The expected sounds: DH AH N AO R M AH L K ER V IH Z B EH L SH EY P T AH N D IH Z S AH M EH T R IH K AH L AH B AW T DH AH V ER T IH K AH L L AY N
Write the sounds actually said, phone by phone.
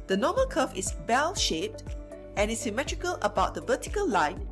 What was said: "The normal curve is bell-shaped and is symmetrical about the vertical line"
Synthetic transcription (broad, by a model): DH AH N AO M AH L K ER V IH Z B EH L SH EY P T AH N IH S AH M EH T R IH K AH L AH B AW T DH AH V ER T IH K AH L L AY N